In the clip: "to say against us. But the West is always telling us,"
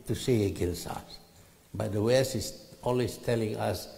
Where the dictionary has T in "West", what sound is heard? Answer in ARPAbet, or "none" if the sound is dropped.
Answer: none